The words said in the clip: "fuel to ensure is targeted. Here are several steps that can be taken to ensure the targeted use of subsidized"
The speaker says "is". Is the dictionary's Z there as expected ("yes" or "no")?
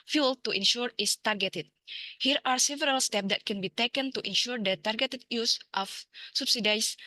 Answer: no